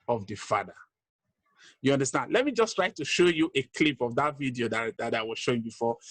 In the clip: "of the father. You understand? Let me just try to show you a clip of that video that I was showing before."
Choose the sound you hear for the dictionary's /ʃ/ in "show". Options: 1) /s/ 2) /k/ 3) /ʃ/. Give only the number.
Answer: 3